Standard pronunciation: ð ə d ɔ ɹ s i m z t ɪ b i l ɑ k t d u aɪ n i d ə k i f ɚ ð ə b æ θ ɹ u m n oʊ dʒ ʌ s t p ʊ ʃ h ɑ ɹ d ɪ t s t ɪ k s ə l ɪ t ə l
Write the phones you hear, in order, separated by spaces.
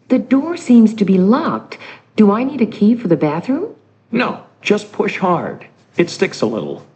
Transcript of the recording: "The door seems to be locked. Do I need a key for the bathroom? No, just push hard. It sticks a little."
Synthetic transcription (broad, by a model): ð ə d ɔ ɹ s i m z t ɪ b i l ɑ k t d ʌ aɪ n i d ə k i f ɚ ð ə b æ θ ɹ u m n oʊ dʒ ʌ s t p ʊ ʃ h ɑ ɹ d ɪ t s t ɪ k s ə l ɪ t l